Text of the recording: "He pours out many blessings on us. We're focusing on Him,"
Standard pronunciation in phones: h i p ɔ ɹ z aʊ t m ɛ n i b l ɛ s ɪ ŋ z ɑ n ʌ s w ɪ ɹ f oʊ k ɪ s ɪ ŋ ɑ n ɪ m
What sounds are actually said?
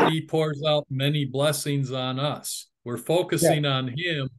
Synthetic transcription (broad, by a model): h i p ɔ ɹ z aʊ t m ɛ n i b l ɛ s ɪ ŋ z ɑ n ʌ s w ɪ ɹ f oʊ k ɪ s ɪ ŋ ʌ n ɪ m